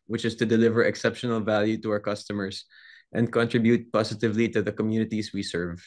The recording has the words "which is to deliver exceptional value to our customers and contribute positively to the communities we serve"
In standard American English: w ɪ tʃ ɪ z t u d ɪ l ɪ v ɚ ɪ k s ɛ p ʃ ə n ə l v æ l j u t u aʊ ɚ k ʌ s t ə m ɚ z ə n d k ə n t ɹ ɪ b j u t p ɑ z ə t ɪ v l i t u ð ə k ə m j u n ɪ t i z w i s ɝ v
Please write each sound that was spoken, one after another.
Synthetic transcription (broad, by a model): w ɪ tʃ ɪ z t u d ɪ l ɪ v ɚ ɪ k s ɛ p ʃ ə n ə l v æ l j u t u aʊ ɚ k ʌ s t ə m ɚ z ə n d k ə n t ɹ ɪ b j u t p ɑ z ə t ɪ v l i t u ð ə k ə m j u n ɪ t i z w i s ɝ v